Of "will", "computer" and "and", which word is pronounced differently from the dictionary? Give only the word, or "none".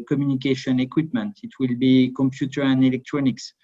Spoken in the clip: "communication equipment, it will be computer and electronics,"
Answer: none